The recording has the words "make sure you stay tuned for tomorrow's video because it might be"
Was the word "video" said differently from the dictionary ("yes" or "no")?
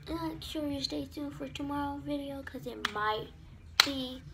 no